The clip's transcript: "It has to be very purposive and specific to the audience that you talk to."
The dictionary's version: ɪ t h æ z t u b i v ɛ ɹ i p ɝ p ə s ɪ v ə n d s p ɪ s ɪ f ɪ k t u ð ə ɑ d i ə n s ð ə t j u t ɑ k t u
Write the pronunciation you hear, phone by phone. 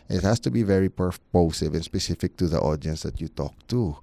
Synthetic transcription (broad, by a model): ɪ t h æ s t u b i v ɛ ɹ i p ɝ p ə s ɪ v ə n s p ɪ s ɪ f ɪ k t u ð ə ɑ d i ə n s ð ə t j u t ɑ k t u